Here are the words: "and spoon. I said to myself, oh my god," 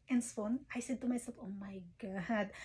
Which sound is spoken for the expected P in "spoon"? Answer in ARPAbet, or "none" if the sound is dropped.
none